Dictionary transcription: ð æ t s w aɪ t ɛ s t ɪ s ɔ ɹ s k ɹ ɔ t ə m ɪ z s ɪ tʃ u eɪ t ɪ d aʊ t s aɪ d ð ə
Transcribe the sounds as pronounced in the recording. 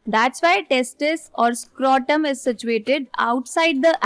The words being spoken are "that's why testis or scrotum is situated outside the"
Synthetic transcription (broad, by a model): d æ t s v aɪ t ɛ s t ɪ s ɔ ɹ s k ɹ ɔ t ə m ɪ z s ɪ tʃ u eɪ t ɪ d aʊ t s aɪ d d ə